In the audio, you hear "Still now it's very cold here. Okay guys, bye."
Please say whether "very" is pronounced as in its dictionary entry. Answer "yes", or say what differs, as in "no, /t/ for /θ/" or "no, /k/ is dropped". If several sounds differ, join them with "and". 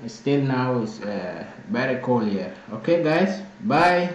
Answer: no, /b/ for /v/